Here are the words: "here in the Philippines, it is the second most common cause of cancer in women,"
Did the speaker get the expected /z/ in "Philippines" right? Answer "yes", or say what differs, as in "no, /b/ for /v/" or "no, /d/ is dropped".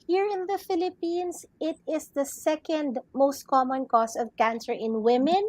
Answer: no, /s/ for /z/